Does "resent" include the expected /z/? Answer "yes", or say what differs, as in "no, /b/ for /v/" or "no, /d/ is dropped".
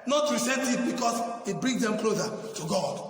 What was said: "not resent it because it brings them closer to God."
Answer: no, /s/ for /z/